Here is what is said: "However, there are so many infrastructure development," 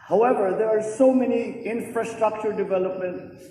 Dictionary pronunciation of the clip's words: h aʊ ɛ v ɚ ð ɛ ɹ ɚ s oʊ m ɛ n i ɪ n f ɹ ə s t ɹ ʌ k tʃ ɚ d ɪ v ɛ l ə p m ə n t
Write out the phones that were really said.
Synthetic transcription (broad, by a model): h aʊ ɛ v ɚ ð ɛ ɹ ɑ s oʊ m ɛ n i ɪ n f ɹ ə s t ɹ ʌ k tʃ ɚ d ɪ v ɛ l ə p m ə n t